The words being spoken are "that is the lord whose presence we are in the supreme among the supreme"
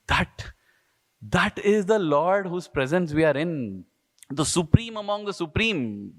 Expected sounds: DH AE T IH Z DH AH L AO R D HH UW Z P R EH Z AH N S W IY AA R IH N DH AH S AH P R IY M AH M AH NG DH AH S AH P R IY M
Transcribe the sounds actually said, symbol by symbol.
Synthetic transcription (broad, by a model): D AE T IH Z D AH L AO R D HH UW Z P R EH Z AH N S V IY AA R IH N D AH S AH P R IY M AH M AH NG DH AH S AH P R IY M